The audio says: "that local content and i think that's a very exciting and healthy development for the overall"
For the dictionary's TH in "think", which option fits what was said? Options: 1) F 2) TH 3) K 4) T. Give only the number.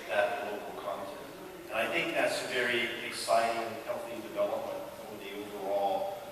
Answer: 2